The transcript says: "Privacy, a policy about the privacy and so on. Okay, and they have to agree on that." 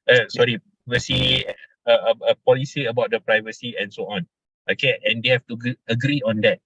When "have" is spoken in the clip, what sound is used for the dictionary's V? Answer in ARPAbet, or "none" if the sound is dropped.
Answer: F